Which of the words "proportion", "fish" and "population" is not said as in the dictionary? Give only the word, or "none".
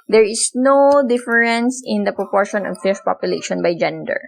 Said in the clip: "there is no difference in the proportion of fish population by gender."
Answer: fish